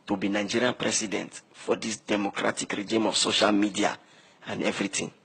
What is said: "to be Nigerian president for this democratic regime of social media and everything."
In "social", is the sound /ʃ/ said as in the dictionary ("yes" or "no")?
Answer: yes